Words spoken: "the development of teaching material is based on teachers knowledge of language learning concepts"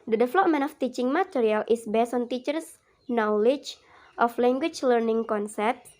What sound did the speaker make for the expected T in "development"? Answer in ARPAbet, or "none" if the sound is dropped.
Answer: none